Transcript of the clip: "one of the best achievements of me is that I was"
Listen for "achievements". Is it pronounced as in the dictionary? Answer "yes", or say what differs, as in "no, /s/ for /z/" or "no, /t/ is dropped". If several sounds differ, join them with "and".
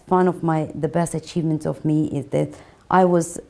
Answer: no, /s/ is dropped